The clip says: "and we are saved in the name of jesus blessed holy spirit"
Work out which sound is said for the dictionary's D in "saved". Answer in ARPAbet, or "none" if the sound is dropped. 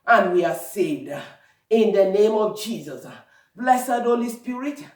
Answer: D